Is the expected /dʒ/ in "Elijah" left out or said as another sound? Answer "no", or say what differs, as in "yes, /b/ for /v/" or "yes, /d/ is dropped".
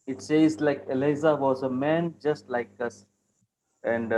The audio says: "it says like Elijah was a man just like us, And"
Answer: yes, /z/ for /dʒ/